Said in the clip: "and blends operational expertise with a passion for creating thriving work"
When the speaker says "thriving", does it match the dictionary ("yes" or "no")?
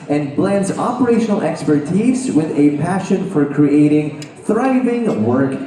yes